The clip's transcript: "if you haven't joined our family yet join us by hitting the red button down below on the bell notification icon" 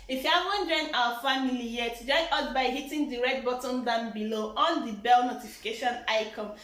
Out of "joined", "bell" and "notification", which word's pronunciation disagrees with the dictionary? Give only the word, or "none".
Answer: joined